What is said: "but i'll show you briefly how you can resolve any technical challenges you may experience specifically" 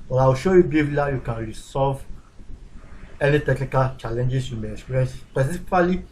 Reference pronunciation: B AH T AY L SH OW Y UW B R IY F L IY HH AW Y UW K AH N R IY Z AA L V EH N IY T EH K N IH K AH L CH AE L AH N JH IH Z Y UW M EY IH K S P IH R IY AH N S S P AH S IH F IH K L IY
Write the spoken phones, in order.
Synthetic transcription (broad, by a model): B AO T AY W SH OW Y UW B IY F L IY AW Y UW K AH N R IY S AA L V EH N IY T EH K N IH K AH L CH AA L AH N JH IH S Y UW M EY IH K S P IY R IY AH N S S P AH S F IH L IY